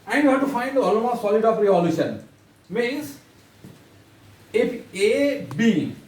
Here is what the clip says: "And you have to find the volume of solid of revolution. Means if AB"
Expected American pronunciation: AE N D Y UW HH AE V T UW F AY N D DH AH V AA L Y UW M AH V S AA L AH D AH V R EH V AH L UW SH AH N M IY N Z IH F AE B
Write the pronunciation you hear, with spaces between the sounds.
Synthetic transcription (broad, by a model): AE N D Y UW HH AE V T UW F AY N D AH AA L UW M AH S AA L AH D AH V R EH AH L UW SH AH N M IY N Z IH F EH B